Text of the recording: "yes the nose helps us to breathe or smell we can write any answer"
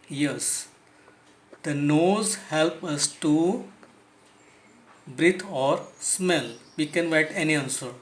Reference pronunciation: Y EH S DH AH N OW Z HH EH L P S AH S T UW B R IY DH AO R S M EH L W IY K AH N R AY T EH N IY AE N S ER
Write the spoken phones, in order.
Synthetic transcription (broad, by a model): Y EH S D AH N OW Z HH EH L P AH S T UW B R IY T AO R S M EH L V IY K AH N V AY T EH N IY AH N S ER